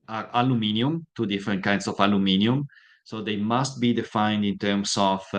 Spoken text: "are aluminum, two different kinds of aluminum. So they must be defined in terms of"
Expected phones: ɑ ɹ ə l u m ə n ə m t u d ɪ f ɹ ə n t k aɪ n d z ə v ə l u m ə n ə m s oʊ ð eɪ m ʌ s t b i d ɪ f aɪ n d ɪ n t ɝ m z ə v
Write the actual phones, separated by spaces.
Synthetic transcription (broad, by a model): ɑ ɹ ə l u m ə n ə m t u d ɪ f ɹ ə n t k aɪ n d s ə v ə l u m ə n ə m s oʊ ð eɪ m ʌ s t b i d ɪ f aɪ n d ɪ n t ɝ m s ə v